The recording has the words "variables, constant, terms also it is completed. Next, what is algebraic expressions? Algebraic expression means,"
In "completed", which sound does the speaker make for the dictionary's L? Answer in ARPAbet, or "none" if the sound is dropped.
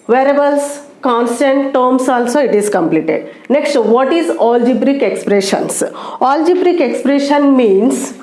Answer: L